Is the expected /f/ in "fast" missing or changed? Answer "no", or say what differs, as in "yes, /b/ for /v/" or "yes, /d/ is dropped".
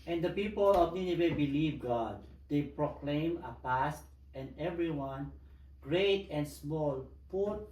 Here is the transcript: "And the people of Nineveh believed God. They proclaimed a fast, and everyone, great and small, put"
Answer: yes, /p/ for /f/